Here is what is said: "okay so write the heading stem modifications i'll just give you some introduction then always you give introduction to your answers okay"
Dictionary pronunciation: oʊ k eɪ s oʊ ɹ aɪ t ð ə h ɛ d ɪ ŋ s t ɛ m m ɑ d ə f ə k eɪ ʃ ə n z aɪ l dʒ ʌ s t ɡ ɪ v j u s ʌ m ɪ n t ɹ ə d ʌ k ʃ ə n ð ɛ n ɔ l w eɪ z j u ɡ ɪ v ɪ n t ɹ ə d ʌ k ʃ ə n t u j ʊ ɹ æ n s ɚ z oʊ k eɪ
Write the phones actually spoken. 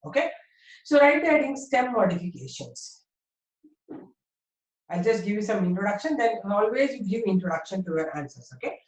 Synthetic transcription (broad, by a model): oʊ k eɪ s oʊ ɹ aɪ t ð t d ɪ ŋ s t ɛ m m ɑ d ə f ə k eɪ ʃ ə n s aɪ l dʒ ʌ s t ɡ ɪ v j u s ʌ m ɪ n t ɹ ə d ʌ k ʃ ə n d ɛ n ɔ l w eɪ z j u ɡ ɪ v ɪ n t ɹ ə d ʌ k ʃ ə n t u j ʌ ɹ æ n s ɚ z oʊ k eɪ